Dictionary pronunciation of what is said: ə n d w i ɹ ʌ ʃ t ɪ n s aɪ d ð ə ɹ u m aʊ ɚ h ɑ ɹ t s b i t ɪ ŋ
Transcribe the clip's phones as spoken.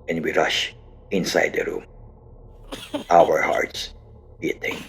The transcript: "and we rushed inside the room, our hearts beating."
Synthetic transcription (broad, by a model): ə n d w i ɹ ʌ ʃ ɪ n s aɪ d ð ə ɹ u m aʊ ɚ h ɑ ɹ t s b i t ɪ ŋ